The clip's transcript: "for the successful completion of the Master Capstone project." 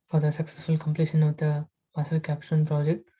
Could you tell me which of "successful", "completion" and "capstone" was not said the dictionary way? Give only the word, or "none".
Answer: capstone